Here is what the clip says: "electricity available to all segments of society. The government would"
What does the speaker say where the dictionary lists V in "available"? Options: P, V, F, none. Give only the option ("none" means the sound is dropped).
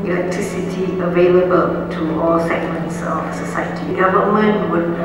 V